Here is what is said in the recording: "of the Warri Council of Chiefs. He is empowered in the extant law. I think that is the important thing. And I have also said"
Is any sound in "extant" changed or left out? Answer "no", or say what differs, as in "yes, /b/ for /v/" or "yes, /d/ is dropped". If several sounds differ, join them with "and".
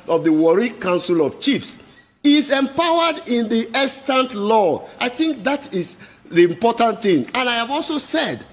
yes, /k/ is dropped